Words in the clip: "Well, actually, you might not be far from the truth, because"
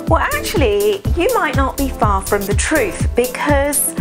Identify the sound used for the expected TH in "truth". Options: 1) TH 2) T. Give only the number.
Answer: 1